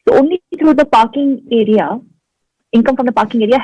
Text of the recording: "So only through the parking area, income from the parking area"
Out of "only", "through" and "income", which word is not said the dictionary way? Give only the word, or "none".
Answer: through